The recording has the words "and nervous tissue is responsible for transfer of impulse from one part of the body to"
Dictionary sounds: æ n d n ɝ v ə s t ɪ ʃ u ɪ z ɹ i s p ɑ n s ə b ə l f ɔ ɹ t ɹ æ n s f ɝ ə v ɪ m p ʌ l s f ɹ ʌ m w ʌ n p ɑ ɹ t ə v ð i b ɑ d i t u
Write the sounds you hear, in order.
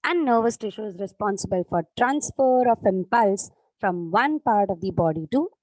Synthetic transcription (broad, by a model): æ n d n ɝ v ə s t ɪ ʃ u ɪ z ɹ i s p ɑ n s ə b ə l f ɔ ɹ t ɹ æ n s f ɝ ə f ɪ m p ʌ l s f ɹ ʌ m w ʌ n p ɑ ɹ t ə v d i b ɑ d i t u